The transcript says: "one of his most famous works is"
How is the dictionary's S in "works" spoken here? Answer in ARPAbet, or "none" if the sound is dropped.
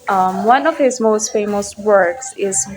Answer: S